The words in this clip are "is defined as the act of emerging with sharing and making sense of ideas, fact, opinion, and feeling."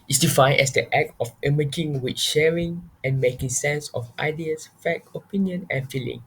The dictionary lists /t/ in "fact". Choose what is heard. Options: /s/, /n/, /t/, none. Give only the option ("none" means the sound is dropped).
none